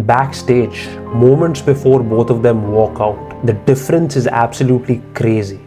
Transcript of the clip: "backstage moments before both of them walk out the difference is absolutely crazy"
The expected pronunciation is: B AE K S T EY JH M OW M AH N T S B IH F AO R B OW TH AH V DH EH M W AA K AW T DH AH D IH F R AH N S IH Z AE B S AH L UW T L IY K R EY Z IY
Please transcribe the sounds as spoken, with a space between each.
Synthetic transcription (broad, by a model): B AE K S T EY JH M OW M AH N T S B IH F AO R B OW T AH V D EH M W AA K AW T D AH D IH F R AH N S IH Z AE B S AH L UW T L IY K R EY Z IY